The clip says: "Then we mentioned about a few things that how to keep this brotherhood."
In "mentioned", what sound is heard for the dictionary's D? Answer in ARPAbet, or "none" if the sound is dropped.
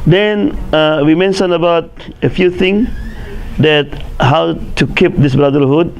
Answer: none